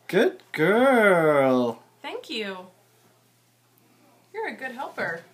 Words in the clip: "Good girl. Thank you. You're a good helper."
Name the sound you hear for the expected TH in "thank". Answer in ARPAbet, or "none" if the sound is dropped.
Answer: TH